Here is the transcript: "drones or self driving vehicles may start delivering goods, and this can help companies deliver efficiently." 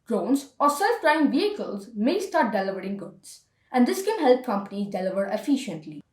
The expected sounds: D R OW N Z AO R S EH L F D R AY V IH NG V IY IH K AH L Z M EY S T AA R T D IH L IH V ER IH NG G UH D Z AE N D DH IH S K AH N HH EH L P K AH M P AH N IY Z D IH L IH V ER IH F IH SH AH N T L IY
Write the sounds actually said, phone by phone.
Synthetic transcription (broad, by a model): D R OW N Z AO R S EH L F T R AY IH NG V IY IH K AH L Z M EY S T AA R T D IH L IH V ER IH NG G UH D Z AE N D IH S K AH N HH EH L P K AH M P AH N IY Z D IH L IH V ER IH F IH SH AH N T L IY